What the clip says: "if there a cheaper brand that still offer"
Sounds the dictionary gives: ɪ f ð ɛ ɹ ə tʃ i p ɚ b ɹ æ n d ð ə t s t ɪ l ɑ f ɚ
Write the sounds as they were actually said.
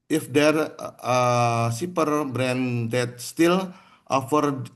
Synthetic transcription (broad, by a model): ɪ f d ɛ ɹ ə s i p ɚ b ɹ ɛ n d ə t s t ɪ l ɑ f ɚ